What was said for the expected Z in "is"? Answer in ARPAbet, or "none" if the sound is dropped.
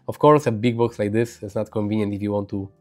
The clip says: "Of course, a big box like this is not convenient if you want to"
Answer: S